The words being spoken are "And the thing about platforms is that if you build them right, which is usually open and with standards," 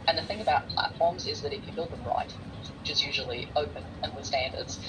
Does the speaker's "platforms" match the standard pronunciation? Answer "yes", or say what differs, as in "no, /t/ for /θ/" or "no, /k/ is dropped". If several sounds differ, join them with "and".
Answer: yes